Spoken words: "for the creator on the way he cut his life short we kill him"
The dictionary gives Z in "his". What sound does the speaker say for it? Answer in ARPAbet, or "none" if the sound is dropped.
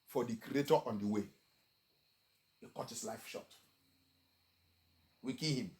S